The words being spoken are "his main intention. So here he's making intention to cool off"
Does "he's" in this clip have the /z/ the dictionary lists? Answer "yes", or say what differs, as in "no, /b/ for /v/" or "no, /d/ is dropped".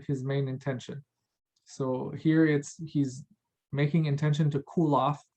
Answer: yes